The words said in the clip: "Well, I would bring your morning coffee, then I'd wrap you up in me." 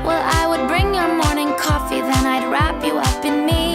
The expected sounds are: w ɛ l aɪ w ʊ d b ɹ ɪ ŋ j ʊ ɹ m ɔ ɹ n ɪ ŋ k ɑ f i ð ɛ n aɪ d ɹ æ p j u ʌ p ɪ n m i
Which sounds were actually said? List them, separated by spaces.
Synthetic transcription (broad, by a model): w ɛ l aɪ w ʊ d b ɹ ɪ ŋ j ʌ ɹ m ɔ ɹ n ɪ ŋ k ɑ f i ð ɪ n aɪ d ɹ æ p j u ʌ p ɪ n m i